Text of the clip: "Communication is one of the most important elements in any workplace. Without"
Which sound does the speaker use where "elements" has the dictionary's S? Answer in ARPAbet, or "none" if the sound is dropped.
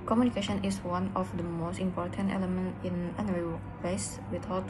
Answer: none